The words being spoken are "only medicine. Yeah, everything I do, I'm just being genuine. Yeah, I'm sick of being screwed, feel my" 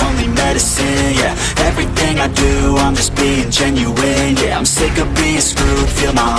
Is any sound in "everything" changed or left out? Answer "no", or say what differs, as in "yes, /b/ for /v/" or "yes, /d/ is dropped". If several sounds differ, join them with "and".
no